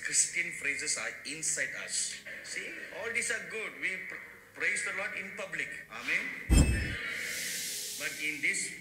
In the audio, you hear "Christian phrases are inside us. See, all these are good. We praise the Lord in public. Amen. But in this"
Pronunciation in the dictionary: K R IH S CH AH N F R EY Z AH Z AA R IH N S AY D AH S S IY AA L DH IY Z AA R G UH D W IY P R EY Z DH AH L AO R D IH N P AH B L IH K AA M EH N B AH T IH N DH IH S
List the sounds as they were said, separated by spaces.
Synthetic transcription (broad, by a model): K R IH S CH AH N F R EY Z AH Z AA R IH N S AY D AH S S IY AA L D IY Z AA R G UH D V IY P R EY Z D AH L AO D IH N P AH B L IH K AA M EH N B AH T IH N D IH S